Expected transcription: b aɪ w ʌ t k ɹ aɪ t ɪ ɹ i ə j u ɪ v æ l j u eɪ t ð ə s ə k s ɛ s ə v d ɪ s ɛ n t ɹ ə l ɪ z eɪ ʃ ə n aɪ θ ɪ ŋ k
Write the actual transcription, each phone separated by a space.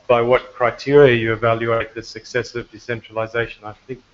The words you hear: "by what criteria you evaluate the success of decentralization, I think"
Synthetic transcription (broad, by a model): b aɪ w ʌ t k ɹ aɪ t ɪ ɹ i ə j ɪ ɪ v æ l j u eɪ t ð ə s ə k s ɛ s ə v d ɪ s ɛ n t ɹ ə l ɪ z eɪ ʃ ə n aɪ θ ɪ ŋ k